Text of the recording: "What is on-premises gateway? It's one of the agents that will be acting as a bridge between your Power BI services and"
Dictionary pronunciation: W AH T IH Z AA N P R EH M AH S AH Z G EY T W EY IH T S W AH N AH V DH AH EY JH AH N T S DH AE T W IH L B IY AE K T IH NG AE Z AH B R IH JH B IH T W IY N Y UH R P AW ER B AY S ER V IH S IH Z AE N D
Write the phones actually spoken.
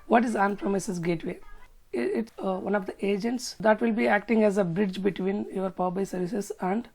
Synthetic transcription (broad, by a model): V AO T IH Z AA N P R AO M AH S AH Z G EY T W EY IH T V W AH N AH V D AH EY JH AH N T S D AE T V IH L B IY AE K T IH NG AE Z AH B R IH JH B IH T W IY N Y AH R P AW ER B AY S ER V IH S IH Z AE N D